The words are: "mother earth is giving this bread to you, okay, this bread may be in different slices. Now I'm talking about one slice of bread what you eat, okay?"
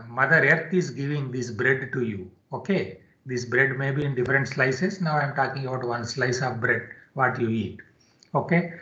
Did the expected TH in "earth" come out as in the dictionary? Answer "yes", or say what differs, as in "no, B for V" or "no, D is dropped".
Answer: no, T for TH